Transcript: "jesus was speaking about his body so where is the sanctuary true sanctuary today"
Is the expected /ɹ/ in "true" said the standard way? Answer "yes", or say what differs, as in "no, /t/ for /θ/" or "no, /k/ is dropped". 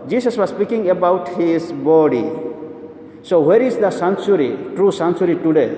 yes